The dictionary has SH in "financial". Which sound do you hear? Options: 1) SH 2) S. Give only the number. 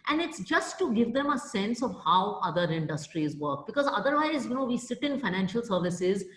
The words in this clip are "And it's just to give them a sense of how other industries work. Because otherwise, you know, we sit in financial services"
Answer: 1